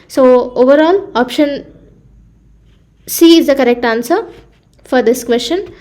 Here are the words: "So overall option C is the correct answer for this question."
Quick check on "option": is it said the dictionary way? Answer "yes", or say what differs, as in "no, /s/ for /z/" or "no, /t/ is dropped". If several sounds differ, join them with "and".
yes